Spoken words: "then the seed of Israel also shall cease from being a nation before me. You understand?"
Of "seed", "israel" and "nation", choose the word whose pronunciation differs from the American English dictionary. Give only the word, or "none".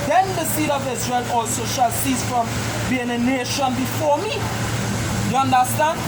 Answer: none